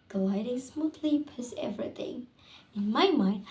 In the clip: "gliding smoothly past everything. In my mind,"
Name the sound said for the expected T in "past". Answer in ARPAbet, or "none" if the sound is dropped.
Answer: none